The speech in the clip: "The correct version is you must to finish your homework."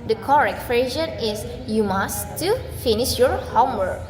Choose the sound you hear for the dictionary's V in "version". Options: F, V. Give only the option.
F